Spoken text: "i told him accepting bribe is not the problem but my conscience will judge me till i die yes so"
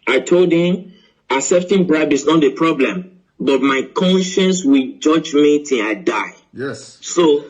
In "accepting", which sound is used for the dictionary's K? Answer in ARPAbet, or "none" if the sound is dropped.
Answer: none